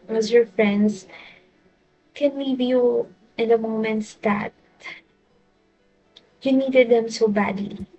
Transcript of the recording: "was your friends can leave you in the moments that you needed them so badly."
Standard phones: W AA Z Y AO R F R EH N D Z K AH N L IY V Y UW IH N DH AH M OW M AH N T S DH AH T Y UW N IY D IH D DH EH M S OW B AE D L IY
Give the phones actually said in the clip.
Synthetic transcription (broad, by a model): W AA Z Y AO R F R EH N D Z K AH N W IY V Y UW IH N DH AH M OW M AH N T S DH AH T Y UW N IY D IH D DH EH M S OW B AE D L IY